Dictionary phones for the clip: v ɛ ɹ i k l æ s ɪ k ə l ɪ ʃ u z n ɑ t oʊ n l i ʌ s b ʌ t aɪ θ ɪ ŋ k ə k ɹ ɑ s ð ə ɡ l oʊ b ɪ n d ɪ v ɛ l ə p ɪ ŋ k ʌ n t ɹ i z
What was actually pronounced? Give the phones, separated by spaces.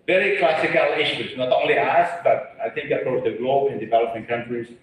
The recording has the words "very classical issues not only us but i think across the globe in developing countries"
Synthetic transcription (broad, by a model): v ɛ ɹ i k l æ s ɪ k ə l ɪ ʃ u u n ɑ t oʊ n l i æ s b ʌ t aɪ θ ɪ ŋ k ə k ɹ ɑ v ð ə ɡ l oʊ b ɪ n d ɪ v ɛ l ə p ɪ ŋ k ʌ n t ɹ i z